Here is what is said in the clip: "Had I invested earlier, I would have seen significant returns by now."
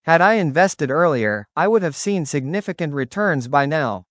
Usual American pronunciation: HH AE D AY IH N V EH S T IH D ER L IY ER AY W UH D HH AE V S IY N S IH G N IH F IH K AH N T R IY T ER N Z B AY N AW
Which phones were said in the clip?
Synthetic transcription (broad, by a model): HH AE D AY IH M V EH S T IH D ER L IY ER AY W UH D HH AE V S IY N S IH G N IH F IH K AH N T R IY T ER N Z B AY N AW